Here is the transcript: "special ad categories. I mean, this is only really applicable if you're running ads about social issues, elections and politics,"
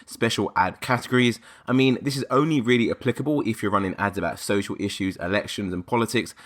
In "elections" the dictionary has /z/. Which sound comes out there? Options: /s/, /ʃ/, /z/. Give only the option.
/z/